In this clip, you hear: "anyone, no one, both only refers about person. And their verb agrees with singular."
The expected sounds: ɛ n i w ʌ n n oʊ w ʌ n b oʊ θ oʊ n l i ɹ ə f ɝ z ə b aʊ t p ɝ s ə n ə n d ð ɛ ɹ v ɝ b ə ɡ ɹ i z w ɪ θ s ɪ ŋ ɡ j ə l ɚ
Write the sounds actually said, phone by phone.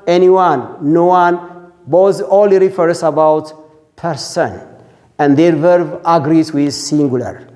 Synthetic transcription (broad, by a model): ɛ n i w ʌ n n oʊ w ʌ n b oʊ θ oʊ l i ɹ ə f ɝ s ə b aʊ t p ɝ s ə n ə n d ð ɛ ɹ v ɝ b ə ɡ ɹ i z w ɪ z s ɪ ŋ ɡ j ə l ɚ